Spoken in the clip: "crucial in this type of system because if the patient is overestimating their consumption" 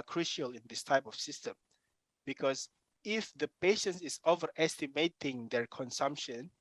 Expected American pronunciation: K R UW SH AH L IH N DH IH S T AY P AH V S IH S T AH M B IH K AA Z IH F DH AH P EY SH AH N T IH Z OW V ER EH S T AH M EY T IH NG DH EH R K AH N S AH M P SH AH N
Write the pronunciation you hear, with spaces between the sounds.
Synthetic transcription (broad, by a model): K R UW SH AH L IH N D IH S T AY P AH F S IH S T AH M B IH K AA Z IH F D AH P EY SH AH N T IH S OW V ER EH S T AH M EY T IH NG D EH R K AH N S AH M P SH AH N